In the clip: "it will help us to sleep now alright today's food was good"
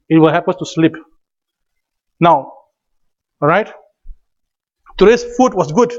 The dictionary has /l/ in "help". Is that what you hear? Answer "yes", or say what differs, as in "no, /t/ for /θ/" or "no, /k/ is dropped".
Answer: no, /l/ is dropped